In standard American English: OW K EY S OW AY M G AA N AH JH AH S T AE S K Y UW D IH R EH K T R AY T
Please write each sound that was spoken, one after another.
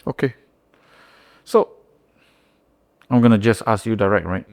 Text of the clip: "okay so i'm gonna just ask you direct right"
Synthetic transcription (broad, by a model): OW K EY S OW AY M G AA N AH JH AH S T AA S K Y UW D IH R EH K T R AY T